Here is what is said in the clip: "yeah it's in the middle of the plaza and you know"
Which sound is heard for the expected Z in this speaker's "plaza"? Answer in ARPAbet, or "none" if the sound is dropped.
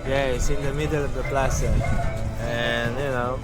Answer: S